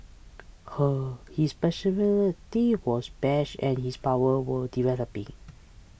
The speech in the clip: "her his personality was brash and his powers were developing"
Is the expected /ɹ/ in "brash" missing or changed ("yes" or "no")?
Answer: yes